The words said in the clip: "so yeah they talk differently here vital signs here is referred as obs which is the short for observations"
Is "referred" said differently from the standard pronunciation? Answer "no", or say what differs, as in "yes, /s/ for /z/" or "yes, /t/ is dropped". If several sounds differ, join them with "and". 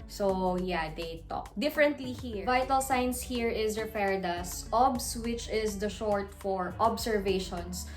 yes, /p/ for /f/